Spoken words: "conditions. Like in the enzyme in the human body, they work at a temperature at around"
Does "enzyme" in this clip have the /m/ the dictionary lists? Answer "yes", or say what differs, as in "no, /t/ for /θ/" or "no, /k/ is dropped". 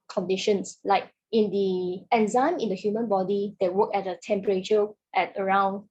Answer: yes